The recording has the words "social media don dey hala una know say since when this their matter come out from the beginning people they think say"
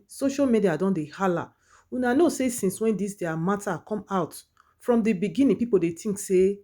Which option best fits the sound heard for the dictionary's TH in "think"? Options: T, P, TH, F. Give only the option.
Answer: T